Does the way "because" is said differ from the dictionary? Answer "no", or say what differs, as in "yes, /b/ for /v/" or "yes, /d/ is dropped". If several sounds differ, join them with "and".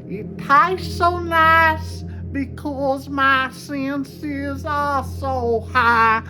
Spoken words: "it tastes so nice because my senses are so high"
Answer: no